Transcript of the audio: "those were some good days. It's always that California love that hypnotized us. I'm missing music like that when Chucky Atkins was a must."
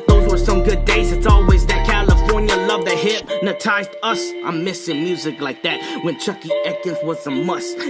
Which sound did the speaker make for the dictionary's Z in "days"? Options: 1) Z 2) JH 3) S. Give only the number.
1